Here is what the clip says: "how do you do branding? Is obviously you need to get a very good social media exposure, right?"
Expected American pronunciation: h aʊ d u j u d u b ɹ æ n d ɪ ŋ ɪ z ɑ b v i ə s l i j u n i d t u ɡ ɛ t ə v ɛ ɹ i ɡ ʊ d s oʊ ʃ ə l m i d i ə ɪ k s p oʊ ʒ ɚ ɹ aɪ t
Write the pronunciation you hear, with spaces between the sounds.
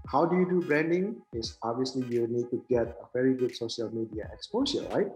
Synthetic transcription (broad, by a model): h aʊ d u j u d u b ɹ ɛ n d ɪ ŋ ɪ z ɑ b v i ə s l i j u n i d t u ɡ ɛ t ə v ɛ ɹ i ɡ ʊ d s oʊ ʃ ə l m i d i ə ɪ k s p oʊ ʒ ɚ ɹ aɪ t